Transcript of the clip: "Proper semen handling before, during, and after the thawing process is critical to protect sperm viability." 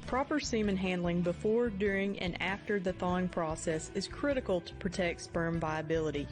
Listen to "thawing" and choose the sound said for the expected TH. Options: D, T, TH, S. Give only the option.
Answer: TH